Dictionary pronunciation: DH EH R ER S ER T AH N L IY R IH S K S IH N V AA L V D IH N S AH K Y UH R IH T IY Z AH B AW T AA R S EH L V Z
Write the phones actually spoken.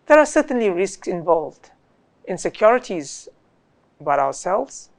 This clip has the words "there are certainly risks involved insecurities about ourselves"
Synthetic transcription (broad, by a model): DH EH R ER S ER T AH N L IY R IH S K S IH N V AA L V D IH N S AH K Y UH R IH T IY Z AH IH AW AA R S EH L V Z